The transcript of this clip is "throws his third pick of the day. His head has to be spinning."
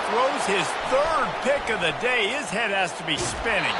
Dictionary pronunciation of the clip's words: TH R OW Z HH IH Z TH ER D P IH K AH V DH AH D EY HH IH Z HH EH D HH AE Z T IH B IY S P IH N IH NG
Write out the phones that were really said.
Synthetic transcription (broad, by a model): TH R OW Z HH IH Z TH ER D P IH K AH V DH AH D EY IH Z HH EH D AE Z T IH B IY S P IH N IH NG